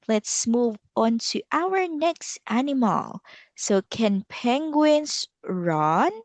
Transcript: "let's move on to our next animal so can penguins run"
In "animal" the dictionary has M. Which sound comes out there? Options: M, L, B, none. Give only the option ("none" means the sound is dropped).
M